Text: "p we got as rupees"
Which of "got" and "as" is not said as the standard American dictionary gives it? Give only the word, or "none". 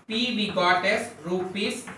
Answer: as